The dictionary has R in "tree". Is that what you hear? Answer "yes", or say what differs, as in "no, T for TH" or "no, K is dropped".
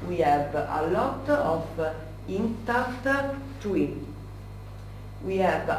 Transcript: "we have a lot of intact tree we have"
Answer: no, W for R